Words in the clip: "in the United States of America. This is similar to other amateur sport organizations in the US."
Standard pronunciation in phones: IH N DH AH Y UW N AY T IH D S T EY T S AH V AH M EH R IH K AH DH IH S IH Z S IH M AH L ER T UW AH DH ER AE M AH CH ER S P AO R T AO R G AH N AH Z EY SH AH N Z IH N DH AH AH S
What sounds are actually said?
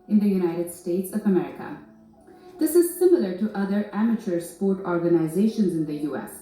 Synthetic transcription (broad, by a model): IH N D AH Y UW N AY T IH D S T EY T S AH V AH M EH R IH K AH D IH S IH Z S IH M AH L ER T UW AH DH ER AE M AH CH ER S P AO R T AO R G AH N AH Z EY SH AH N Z IH N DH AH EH S